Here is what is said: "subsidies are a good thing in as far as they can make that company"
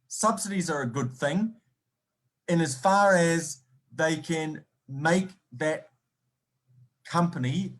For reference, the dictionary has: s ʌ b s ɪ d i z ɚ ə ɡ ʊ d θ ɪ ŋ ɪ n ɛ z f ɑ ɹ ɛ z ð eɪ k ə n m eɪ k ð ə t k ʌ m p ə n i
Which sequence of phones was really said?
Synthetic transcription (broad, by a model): s ʌ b s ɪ d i z ɚ ə ɡ ʊ d θ ɪ ŋ ɪ n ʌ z f ɑ ɹ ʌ z ð eɪ k ə n m eɪ k ð ə t k ʌ m p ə n i